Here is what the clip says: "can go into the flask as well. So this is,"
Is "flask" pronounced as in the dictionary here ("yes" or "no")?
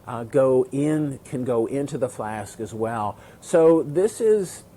yes